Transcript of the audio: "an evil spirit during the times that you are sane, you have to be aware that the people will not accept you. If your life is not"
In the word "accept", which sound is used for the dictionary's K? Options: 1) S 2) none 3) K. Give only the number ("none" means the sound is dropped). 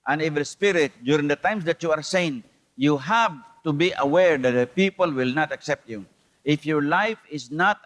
3